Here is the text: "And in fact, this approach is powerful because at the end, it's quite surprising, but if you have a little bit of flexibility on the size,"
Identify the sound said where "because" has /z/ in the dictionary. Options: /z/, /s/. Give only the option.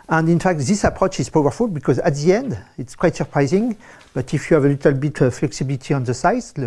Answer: /z/